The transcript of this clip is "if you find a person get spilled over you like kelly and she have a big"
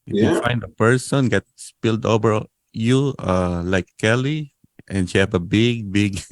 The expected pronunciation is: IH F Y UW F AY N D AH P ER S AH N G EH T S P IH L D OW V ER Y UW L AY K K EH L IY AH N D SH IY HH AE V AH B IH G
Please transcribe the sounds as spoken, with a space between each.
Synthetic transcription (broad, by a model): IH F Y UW F AY N D AH P ER S AH N G EH T S P IH L D OW V ER Y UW L AY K K EH L IY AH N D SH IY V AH B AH B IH G